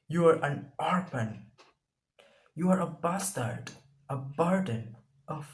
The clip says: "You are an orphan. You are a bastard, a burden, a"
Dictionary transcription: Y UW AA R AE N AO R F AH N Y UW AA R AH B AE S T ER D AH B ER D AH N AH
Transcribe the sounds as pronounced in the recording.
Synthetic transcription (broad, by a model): Y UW AA R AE N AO R P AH N Y UW AA R AH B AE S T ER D AH B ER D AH N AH